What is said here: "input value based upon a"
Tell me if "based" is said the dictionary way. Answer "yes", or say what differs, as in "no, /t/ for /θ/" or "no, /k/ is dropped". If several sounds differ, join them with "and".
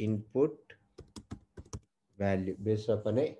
no, /t/ is dropped